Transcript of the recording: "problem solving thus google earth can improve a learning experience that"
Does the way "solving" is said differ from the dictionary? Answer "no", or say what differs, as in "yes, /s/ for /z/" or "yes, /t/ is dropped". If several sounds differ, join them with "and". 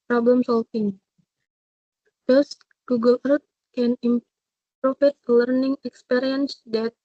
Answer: yes, /f/ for /v/